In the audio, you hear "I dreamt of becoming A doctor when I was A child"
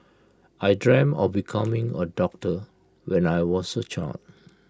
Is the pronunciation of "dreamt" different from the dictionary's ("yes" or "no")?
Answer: yes